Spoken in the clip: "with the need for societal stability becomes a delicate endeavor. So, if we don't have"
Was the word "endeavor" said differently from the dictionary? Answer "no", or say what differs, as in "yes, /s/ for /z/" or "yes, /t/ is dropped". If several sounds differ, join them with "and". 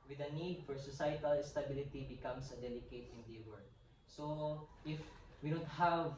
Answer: yes, /w/ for /v/